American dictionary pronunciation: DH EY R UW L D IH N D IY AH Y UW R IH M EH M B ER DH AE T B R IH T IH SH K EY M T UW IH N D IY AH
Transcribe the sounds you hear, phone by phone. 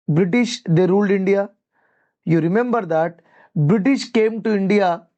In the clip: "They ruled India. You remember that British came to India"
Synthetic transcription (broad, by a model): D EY R UW L D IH N D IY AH Y UW R IH M EH M B ER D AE T B R IH T IH SH K EY M T UW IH N D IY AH